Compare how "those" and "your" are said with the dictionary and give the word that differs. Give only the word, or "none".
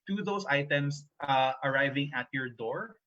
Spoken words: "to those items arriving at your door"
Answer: those